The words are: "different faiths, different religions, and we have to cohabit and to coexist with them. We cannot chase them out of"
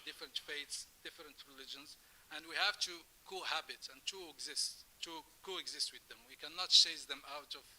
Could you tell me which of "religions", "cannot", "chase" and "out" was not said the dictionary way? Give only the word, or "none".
chase